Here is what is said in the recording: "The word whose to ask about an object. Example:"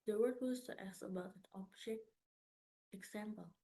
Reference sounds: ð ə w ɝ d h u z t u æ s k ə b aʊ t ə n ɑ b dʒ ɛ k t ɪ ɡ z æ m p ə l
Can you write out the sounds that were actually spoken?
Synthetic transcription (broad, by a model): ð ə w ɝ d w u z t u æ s ə b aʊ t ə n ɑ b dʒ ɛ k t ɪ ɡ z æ m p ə l